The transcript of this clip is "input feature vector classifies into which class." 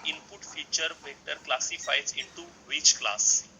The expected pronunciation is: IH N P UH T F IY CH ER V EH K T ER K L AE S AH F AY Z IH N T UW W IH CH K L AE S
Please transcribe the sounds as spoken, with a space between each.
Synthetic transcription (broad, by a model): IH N P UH T F IY CH ER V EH T ER K L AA S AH F AY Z IH N T UW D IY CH K L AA S